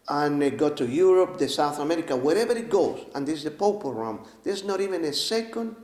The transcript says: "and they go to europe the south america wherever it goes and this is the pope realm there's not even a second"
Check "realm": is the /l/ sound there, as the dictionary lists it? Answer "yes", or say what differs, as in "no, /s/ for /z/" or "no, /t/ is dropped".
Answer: no, /l/ is dropped